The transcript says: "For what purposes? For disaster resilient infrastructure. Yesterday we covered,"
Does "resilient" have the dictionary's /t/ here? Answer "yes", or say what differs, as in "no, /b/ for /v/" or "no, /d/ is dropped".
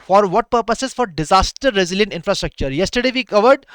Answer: yes